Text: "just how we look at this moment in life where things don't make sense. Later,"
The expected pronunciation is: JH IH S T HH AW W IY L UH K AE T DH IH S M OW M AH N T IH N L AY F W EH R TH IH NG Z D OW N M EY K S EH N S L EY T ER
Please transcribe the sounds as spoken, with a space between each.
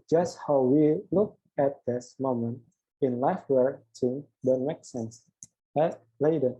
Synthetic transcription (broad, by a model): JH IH S T HH AW W IY L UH K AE T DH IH S M OW M AH N T IH N L AY F W EH R S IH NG D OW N M EY K S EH N S L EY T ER